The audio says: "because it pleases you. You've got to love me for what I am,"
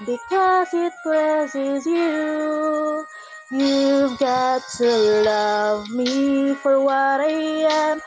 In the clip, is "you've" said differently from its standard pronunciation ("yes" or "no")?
no